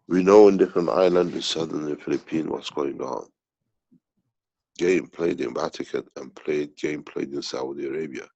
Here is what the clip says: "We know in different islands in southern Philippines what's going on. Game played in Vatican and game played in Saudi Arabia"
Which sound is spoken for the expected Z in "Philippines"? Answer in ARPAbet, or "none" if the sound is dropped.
none